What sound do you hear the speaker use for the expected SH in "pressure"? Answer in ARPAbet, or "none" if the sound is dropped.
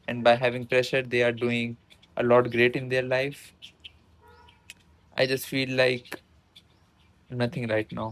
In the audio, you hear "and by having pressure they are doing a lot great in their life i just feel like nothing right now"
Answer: SH